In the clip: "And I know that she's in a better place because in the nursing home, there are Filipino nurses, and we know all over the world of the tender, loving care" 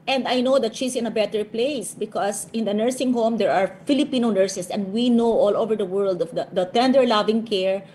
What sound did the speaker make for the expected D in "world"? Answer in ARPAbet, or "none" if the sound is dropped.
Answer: D